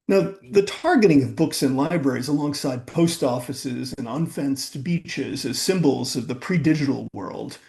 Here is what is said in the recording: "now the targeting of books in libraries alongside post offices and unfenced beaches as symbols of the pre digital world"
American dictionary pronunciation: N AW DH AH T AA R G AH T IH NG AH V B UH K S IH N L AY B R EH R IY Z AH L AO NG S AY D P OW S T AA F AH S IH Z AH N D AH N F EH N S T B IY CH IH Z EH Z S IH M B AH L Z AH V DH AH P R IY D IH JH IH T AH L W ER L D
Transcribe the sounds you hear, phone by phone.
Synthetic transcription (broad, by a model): N AW DH AH T AA R G AH T IH NG AH V B UH K S IH N L AY B R EH R IY Z AH L AO NG S AY D P OW S T AA F AH S IH Z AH N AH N F EH N S T B IY CH IH Z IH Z S IH M B L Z AH V DH AH P R IY D IH JH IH T L W ER L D